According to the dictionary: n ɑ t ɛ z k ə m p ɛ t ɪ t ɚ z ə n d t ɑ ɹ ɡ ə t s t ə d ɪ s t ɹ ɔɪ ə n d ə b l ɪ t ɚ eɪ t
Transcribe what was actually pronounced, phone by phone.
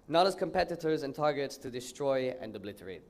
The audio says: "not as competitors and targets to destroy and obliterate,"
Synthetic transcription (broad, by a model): n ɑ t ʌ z k ə m p ɛ t ɪ t ɚ z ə n t ɑ ɹ ɡ ə t s t ə d ɪ s t ɹ ɔɪ ə n d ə b l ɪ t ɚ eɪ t